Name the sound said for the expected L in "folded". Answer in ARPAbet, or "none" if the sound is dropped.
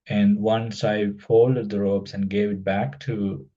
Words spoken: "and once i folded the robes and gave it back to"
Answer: L